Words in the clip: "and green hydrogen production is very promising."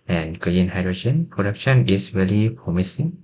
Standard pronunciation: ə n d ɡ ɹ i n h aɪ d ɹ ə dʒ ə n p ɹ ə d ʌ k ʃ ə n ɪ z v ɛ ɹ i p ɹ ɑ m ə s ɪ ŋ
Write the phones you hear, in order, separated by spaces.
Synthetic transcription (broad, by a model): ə n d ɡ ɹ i n h aɪ d ɹ ə dʒ ə n p ɹ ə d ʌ k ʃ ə n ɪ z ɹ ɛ l i p ɹ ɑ m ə s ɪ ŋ